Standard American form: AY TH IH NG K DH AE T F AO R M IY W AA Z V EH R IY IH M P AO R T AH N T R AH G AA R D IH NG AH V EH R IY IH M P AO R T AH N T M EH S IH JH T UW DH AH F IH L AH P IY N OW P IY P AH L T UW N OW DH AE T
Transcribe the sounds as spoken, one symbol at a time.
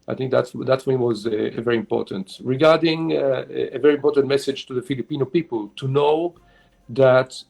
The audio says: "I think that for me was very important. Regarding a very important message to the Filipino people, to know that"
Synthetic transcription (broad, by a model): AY TH IH NG K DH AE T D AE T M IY W AA Z V EH R IY IH M P AO R T AH N T R AH G AA R D IH NG AH V EH R IY IH M P AO R T AH N T M EH S IH JH T UW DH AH F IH L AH P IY N OW P IY P AH L T UW N OW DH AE T